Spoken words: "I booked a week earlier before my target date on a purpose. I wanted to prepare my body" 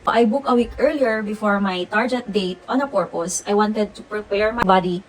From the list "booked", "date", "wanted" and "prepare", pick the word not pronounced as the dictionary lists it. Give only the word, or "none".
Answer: booked